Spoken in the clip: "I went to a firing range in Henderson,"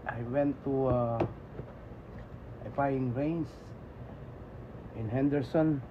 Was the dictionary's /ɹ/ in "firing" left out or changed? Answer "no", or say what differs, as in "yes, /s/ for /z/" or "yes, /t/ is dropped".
yes, /ɹ/ is dropped